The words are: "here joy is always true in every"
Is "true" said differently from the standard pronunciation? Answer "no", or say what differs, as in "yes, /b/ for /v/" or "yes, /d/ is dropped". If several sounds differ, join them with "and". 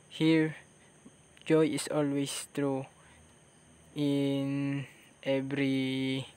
no